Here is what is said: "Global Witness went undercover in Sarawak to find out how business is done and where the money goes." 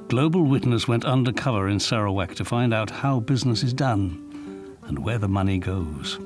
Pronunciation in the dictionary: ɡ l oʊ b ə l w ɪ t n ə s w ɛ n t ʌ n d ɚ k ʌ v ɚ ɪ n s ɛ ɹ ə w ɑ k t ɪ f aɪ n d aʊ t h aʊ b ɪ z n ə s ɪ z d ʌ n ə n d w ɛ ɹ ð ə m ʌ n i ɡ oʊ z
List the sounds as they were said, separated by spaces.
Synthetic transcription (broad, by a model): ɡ l oʊ b l w ɪ t n ə s w ɛ n t ʌ n d ɚ k ʌ v ɚ ɪ n s ɛ ɹ ə w ɑ k t ɪ f aɪ n d aʊ t h aʊ b ɪ z n ə s ɪ z d ʌ n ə n w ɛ ɹ ð ə m ʌ n i ɡ oʊ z